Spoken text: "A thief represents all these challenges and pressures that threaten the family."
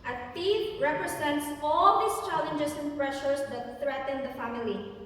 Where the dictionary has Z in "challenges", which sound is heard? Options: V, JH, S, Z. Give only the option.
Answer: S